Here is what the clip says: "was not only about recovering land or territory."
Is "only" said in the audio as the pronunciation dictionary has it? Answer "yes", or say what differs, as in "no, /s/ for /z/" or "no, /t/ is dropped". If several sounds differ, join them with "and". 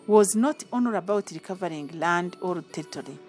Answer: no, /l/ is dropped